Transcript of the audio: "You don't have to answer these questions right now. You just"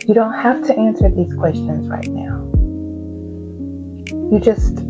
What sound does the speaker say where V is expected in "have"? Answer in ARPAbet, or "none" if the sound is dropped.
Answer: F